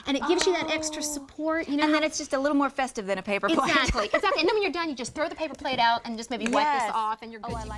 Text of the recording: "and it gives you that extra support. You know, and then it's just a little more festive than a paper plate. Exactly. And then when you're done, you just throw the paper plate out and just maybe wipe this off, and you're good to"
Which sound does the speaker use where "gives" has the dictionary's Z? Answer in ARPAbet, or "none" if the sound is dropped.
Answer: Z